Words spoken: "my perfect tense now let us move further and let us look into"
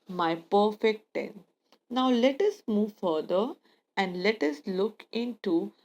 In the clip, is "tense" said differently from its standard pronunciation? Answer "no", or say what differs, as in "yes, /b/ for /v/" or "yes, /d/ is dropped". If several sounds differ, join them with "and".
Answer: yes, /s/ is dropped